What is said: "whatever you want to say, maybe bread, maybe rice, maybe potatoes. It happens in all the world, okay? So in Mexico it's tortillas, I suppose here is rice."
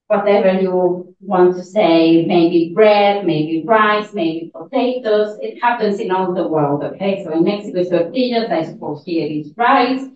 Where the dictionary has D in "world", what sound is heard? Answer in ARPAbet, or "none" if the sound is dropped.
D